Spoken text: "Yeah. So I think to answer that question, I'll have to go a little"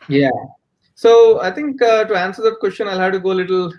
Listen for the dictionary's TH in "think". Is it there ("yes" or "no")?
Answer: no